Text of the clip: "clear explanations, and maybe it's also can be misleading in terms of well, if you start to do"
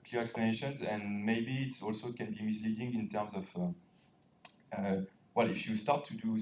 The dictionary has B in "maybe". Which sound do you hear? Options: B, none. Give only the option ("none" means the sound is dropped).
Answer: B